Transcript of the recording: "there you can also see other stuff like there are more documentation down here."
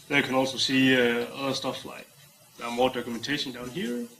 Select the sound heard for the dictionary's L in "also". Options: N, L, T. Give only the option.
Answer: L